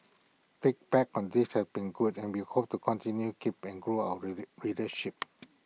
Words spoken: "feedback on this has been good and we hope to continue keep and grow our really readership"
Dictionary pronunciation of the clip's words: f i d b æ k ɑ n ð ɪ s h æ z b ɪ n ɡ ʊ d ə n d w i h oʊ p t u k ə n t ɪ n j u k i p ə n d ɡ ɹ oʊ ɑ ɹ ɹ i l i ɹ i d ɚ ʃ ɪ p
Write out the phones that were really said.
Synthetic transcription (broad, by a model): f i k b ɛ k ɑ n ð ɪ s h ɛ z b ɪ n ɡ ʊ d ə n w i h oʊ p t u k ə n t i n j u k i p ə n ɡ ɹ oʊ ɑ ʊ i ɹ i d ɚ ʃ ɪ p